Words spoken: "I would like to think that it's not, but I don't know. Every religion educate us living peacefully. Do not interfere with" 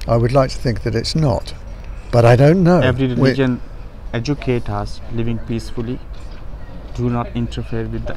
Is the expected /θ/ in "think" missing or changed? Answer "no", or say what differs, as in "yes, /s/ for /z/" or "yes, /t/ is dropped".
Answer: no